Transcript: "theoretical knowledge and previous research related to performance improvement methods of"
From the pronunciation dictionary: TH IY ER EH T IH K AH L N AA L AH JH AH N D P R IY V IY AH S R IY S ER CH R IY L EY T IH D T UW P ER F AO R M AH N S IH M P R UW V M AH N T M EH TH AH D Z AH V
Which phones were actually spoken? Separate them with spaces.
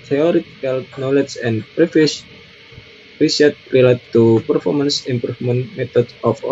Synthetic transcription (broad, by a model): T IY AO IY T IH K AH L N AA L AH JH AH N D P R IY F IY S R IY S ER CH R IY L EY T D T UW P ER F AO R M AH N S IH M P R UW F M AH N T M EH T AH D S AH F